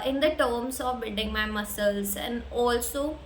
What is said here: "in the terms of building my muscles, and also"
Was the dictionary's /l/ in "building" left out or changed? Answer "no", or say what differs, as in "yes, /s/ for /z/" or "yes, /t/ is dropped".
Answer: yes, /l/ is dropped